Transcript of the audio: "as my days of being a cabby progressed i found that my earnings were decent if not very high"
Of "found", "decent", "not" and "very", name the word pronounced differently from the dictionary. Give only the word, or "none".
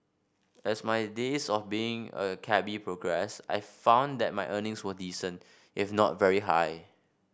none